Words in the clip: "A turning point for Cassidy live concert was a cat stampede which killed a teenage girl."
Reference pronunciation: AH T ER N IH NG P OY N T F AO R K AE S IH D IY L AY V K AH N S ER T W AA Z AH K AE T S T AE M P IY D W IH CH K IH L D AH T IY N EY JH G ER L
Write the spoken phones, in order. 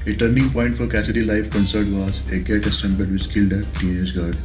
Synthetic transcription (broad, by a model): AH T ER N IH NG P OY N T F AO R K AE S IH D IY L AY F K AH N S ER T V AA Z AH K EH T S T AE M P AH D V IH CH K IH L D AH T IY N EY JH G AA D